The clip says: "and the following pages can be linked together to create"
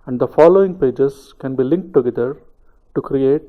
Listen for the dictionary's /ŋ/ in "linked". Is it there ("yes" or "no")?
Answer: yes